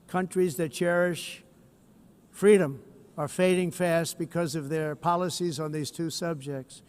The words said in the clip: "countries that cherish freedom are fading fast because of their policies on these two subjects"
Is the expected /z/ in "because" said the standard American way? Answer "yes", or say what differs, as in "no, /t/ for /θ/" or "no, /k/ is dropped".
yes